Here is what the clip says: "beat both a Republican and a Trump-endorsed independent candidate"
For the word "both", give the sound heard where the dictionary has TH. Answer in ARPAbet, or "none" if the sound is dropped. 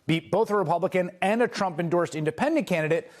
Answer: TH